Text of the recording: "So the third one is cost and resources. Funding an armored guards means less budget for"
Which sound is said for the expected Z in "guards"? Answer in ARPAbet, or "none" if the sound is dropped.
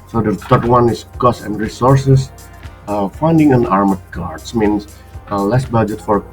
S